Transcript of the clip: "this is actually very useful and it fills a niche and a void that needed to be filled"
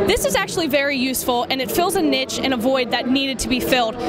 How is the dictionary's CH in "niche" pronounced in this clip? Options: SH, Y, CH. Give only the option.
CH